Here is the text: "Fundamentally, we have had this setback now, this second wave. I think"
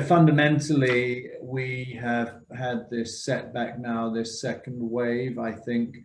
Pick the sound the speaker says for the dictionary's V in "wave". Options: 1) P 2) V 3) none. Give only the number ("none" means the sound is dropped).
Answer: 2